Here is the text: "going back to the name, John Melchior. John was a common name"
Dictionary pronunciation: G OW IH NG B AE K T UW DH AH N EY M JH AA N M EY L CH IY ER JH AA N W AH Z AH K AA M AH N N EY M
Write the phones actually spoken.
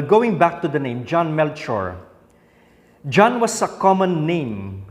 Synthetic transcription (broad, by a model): G OW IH NG B AE K T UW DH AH N EY M JH AA N M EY L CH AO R JH AA N W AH S AH K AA M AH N N EY M